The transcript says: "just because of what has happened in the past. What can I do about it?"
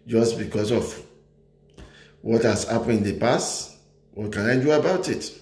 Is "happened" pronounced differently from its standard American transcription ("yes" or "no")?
yes